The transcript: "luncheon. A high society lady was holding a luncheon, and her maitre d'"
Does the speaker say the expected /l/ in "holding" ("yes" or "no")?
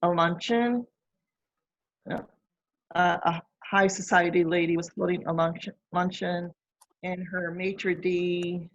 no